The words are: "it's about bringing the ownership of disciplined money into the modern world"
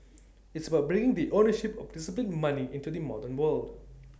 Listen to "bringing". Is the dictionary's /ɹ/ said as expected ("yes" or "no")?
yes